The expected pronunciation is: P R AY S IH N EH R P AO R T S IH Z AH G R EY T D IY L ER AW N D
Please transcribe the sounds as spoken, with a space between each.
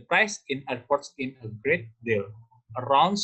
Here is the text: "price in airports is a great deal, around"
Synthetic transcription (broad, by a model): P R AY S IH N EH R P AO R T S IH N AH G R EY T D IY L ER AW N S